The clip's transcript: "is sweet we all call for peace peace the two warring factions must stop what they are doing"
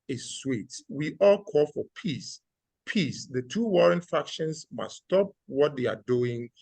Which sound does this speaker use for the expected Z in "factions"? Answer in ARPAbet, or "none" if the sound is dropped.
S